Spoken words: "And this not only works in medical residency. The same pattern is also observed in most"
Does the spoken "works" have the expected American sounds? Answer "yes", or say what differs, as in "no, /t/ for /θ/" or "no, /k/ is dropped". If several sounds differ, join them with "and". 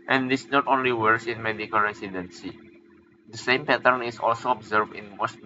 no, /k/ is dropped